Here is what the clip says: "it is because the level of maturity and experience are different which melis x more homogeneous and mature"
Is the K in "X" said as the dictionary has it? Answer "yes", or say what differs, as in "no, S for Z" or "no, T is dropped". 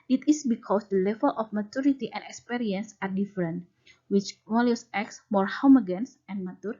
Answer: yes